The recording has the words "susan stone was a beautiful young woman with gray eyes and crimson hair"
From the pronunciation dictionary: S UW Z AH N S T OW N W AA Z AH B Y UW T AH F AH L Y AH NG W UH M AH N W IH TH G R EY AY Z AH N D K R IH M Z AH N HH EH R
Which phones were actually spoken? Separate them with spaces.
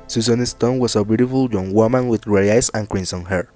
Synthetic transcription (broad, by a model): S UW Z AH N S T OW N W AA S AH B Y UW T AH F AH L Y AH NG W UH M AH N W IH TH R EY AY S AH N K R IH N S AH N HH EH R